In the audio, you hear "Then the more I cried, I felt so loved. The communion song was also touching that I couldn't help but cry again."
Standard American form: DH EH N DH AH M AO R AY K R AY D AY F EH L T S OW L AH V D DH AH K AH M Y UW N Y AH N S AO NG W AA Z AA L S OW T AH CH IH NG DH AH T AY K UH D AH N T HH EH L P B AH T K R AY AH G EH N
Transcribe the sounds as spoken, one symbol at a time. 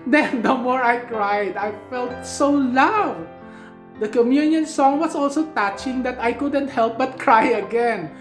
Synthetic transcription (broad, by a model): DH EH N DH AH M AO R AY K R AY D AY F EH L T S OW L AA D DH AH K AH M Y UW N Y AH N S AO NG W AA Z AA L S OW T AH CH IH NG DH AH T AY K UH D AH N T HH EH L P B AH T K R AY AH G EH N